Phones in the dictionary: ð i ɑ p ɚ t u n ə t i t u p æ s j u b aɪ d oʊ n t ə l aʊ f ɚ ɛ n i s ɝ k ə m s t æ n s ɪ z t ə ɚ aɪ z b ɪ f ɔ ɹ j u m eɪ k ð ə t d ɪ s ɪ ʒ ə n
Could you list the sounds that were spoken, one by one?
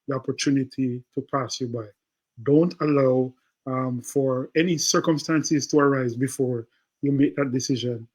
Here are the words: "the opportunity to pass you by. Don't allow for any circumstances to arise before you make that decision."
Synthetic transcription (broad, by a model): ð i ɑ p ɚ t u n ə t i t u p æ s j u b aɪ d oʊ n t ə l aʊ f ɚ ɛ n i s ɝ k ə m s t æ n s ɪ z t ə ɚ aɪ z b ɪ f ɔ ɹ j u m eɪ k ð ə t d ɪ s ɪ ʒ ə n